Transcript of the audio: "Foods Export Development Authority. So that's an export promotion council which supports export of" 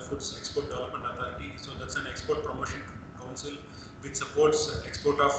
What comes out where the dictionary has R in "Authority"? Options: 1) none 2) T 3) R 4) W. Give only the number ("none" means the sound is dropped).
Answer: 1